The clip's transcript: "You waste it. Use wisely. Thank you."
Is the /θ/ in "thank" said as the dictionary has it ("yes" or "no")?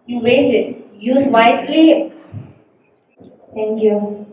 no